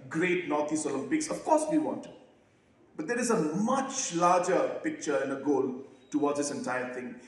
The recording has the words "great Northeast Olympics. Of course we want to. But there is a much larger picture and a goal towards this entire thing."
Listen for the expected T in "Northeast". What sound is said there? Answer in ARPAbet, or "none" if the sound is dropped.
none